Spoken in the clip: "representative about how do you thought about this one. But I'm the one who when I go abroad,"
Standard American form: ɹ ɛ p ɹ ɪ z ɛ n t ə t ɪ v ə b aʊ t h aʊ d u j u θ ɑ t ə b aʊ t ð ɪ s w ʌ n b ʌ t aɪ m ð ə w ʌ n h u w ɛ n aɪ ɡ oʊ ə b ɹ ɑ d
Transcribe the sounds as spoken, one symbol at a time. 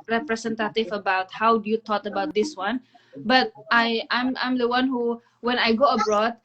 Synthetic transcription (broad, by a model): ɹ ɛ p ɹ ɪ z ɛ n t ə t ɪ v ə b aʊ t h aʊ d u j u t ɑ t ə b aʊ t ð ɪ s w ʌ n b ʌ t aɪ m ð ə w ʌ n h u w ɛ n aɪ ɡ oʊ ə b ɹ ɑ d